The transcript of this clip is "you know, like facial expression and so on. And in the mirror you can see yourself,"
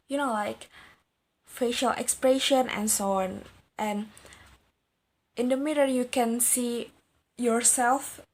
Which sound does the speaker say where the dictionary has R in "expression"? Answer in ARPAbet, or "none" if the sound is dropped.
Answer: R